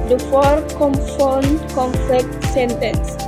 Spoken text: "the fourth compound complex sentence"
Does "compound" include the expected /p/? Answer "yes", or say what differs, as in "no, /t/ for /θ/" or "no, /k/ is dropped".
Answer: no, /f/ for /p/